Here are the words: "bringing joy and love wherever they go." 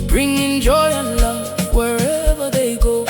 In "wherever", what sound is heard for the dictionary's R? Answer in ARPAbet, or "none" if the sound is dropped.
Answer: R